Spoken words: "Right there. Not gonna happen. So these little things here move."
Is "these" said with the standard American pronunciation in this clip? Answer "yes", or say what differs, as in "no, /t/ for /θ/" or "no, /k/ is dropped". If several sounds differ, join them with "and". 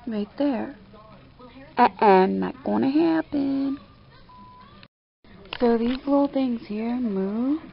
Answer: yes